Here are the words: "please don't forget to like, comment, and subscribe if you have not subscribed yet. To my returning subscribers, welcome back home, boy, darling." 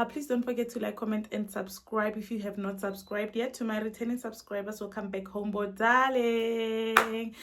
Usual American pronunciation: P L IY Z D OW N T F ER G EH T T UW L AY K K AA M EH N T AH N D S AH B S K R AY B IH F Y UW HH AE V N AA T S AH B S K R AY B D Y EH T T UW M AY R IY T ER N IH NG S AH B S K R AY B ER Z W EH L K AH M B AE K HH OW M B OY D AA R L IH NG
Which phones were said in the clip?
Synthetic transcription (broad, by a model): P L IY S D OW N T F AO G EH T T UW L AY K K AA M EH N T AH N D S AH B S K R AY B IH F Y UW HH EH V N AA T S AH B S K R AY B D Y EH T T UW M AY R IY T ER N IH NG S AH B S K R AY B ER S W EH L K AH M B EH K HH OW M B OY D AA L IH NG